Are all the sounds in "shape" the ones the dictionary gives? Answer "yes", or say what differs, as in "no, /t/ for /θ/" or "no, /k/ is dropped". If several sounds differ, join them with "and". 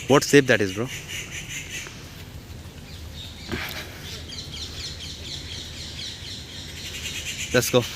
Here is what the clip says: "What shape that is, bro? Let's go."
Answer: no, /s/ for /ʃ/